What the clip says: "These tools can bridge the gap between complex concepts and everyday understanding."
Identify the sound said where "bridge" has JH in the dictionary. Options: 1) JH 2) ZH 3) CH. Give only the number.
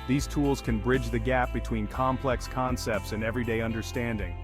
1